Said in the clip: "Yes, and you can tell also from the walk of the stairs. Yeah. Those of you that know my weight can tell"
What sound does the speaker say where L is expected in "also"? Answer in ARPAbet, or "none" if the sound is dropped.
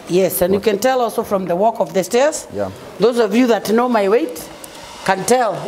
L